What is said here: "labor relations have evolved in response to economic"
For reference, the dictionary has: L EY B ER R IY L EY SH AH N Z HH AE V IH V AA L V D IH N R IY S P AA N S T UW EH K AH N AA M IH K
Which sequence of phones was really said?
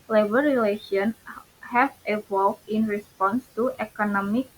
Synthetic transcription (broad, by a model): L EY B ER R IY L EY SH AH N HH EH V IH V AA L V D IH N R IY S P AA N S T UW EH K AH N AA M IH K